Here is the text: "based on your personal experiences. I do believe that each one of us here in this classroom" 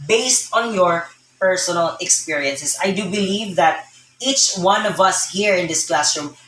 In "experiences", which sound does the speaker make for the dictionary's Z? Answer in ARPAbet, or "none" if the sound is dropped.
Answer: S